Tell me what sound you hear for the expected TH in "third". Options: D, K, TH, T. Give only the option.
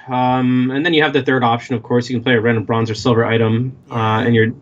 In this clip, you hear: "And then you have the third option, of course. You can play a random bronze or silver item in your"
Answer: TH